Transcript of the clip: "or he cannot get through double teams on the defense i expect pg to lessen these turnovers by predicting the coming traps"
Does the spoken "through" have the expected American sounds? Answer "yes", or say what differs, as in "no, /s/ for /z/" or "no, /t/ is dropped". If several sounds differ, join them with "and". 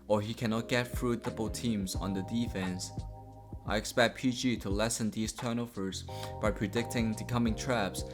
no, /f/ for /θ/